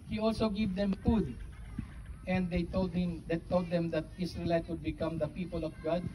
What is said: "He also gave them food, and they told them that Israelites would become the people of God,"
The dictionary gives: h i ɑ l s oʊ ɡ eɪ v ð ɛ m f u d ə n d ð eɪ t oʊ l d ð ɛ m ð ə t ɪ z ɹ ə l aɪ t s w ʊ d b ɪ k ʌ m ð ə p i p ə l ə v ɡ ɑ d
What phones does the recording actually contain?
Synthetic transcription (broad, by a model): h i ɑ l s oʊ ɡ eɪ v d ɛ m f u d ə n d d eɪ t oʊ l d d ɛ m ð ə t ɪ s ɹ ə l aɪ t w ʊ d b ɪ k ʌ m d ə p i p ə l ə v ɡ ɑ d